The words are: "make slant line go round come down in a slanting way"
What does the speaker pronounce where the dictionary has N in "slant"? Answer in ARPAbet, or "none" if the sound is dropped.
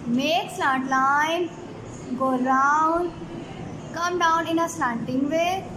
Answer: none